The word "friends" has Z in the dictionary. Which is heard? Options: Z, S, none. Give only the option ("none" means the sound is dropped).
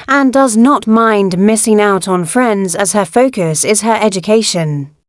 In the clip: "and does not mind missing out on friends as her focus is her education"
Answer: Z